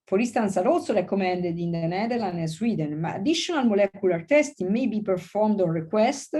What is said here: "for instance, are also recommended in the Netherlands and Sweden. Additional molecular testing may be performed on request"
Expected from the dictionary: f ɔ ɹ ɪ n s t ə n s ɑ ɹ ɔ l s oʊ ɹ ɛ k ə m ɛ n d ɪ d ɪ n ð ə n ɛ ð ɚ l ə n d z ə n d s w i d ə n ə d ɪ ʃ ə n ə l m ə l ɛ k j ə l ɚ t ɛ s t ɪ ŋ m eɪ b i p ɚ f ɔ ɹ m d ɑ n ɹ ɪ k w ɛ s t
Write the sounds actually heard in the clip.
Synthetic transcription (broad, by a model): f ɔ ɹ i s t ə n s ɑ ɹ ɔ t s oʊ ɹ ɛ k ə m ɛ n d ɪ d ɪ n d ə n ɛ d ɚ l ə n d ə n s w i d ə n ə d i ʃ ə n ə l m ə l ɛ k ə l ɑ t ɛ s t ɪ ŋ m eɪ b i p ɚ f ɔ ɹ m d ɑ n ɹ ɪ k w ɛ s t